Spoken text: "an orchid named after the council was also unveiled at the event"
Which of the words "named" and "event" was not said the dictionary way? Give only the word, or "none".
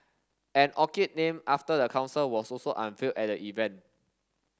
named